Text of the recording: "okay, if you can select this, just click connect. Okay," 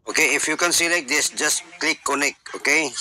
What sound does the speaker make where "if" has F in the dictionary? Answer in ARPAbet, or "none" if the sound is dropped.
F